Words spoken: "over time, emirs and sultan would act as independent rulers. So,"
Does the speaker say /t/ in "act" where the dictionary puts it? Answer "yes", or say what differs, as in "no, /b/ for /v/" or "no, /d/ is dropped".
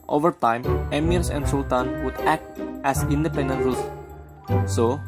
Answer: yes